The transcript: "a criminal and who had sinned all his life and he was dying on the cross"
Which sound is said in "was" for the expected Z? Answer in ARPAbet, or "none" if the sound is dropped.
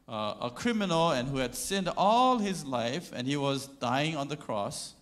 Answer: Z